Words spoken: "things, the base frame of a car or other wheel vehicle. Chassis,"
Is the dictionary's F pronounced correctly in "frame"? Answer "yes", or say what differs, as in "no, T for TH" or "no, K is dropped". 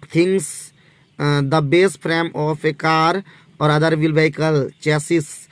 no, P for F